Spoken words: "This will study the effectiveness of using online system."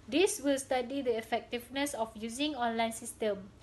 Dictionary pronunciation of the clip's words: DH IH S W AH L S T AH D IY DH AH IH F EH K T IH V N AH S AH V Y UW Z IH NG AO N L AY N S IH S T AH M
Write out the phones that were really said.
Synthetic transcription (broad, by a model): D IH S W AH L S T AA D IY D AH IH F EH K T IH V N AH S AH F Y UW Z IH NG AO N L AY N S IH S T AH M